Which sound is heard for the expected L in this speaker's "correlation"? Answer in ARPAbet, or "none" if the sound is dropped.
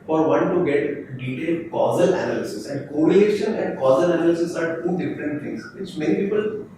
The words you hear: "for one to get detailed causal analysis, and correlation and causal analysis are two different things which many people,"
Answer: none